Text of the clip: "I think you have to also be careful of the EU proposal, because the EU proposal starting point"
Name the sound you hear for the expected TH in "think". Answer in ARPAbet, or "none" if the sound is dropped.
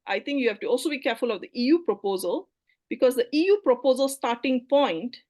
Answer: T